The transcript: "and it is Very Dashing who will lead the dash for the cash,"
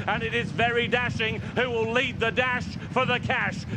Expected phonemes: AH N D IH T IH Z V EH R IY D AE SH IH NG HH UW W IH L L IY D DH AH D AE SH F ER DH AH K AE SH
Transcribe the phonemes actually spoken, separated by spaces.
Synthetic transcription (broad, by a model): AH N IH T IH Z V EH R IY D AE SH IH NG HH UW W IH L L IY D DH AH D AE SH F ER DH AH K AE SH